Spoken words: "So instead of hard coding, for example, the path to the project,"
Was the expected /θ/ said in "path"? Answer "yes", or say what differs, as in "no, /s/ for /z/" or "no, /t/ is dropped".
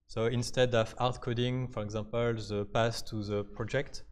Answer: no, /s/ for /θ/